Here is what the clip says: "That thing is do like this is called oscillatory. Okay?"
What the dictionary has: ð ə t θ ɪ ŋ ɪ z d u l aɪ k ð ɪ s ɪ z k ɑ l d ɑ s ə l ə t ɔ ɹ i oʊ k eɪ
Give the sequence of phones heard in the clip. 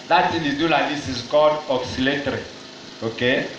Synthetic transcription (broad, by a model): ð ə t s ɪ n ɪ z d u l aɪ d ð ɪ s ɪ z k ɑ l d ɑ s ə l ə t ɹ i oʊ k eɪ